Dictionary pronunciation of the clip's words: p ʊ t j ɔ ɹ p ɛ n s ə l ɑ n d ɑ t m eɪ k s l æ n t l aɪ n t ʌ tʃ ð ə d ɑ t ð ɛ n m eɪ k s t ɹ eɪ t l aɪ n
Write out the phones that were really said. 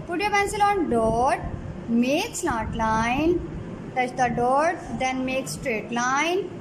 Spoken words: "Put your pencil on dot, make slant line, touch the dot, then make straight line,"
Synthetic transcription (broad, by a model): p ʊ t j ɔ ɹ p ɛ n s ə l ɑ n d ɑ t m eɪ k s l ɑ t l aɪ n t ʌ tʃ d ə d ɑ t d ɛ n m eɪ k s t ɹ eɪ t l aɪ n